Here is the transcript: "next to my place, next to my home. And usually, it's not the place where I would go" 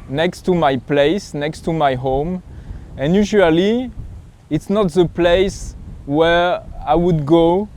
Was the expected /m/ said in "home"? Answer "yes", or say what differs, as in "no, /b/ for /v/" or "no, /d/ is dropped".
yes